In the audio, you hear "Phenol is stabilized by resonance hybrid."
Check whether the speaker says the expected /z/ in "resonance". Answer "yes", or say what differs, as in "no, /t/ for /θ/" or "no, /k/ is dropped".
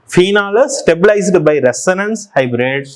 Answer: no, /s/ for /z/